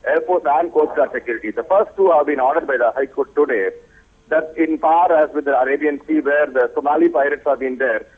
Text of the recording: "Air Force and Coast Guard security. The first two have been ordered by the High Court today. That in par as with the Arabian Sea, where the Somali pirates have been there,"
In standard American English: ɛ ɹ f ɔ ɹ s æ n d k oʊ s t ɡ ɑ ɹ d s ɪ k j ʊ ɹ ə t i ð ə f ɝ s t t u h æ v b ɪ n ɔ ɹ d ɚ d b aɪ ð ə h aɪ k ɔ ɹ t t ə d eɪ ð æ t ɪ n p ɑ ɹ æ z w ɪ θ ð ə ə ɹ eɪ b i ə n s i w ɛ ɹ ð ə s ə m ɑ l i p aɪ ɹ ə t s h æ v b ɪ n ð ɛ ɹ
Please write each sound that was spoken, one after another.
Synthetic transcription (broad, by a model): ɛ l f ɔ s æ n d k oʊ t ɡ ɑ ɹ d s ɪ k j ʊ ɹ ə t i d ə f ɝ s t t u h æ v b ɪ n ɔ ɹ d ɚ d b aɪ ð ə h aɪ k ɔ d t t ə d eɪ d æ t ɪ n p ɑ ɹ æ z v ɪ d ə ə ɹ eɪ b i ə n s i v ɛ ɹ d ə s ə m ɑ l i p aɪ ɹ ə t s h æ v b ɪ n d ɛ ɹ